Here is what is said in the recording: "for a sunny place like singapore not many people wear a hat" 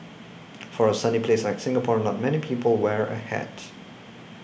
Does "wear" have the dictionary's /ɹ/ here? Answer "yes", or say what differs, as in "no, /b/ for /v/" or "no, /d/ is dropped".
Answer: yes